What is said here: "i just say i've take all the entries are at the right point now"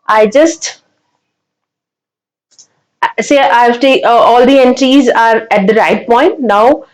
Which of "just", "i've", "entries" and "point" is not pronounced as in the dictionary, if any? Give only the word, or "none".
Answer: none